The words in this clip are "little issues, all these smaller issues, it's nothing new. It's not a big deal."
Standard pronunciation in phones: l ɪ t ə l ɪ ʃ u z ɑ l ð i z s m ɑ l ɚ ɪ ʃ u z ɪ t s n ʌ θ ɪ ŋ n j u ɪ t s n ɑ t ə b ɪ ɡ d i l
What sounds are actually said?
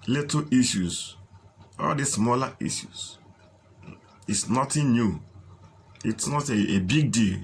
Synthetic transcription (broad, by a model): l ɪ t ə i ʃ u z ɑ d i s m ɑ l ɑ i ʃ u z ɪ t s n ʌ t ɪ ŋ n j u ɪ t s n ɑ t ə b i ɡ d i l